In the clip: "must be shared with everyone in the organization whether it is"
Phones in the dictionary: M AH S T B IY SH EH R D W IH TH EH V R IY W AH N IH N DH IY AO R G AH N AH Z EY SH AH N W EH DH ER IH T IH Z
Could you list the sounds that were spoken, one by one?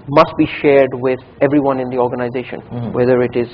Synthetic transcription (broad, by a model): M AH S T B IY SH EH R D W IH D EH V R IY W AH N IH N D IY AO R G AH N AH Z EY SH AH N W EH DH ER IH T IH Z